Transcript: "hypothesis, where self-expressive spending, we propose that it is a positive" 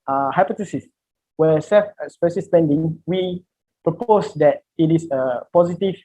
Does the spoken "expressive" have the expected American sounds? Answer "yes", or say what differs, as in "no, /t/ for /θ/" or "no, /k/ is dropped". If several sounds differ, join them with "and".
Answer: no, /ɹ/ is dropped